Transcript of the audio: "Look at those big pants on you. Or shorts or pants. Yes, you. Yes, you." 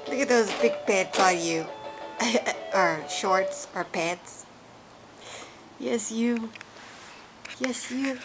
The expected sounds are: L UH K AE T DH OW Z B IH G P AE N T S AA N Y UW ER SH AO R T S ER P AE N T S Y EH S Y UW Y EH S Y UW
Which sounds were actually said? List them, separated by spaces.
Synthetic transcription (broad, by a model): L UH K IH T DH OW Z B IH G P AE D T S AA L Y UW ER SH AO R T S ER P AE T S Y EH S Y UW Y EH S Y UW